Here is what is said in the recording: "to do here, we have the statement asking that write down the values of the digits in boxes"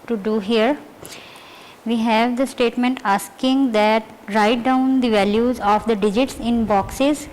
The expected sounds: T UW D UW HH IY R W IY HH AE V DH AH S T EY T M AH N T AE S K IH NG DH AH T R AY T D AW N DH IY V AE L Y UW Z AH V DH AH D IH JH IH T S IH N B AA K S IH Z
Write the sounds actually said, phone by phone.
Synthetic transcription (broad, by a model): T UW D UW HH IY R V IY HH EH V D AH S T EY T M AH N T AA S K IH NG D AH T R AY T D AW N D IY V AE L Y UW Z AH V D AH D IH JH IH T S IH N B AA K S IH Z